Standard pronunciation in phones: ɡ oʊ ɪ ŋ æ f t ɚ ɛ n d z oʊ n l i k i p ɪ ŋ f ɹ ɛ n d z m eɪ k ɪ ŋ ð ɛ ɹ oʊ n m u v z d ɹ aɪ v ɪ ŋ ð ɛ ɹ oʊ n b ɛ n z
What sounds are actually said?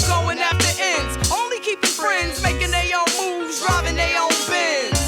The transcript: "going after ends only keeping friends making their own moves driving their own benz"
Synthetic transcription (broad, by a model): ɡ oʊ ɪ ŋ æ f t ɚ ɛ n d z oʊ n l i k i p ɪ ŋ f ɹ ɛ n d z m eɪ k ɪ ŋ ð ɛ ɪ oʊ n m u v z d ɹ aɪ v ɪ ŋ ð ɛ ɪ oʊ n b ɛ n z